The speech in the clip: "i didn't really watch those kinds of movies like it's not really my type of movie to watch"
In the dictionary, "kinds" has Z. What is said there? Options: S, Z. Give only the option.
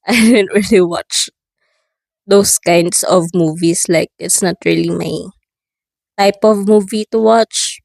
S